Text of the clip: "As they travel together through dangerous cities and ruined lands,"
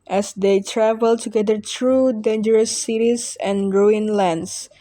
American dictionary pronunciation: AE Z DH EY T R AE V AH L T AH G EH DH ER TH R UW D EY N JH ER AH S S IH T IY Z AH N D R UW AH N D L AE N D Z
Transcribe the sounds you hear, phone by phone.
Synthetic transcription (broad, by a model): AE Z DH EY T R AE V AH L T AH G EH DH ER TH R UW D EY N JH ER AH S S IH T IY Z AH N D R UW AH N L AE N D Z